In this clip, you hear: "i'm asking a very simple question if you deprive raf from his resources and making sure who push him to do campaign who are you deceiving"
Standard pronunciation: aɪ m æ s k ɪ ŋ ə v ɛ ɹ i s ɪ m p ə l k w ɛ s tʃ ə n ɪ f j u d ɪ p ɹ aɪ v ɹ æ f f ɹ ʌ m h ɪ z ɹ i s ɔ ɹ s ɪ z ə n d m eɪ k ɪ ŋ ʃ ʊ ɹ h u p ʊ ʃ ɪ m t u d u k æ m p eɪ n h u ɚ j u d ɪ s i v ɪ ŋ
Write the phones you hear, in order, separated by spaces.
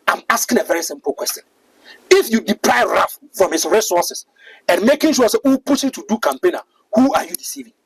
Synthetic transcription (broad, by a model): aɪ m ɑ s k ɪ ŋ ə v ɛ ɹ i s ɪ m p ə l k w ɛ s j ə n ɪ f j u d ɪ p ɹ aɪ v ɹ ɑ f f ɹ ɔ m h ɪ s ɹ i s ɔ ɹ s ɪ s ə n m eɪ k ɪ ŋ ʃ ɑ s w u p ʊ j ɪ t u d u k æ m p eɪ n h u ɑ j u d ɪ s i v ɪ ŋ